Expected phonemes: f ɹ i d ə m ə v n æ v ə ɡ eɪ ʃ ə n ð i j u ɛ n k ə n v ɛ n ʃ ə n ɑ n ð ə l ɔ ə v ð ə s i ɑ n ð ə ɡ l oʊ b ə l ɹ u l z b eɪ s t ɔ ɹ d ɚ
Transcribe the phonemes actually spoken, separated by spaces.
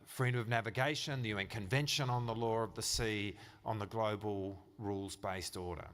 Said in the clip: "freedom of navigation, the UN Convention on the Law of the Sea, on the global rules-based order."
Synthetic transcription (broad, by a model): f ɹ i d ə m ə v n æ v ə ɡ eɪ ʃ ə n ð i j u ɛ n k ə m v ɛ n ʃ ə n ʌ n ð ə l ɔ ə v ð ə s i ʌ n ð ə ɡ l oʊ b ə l ɹ u l z b eɪ s t ɔ ɹ d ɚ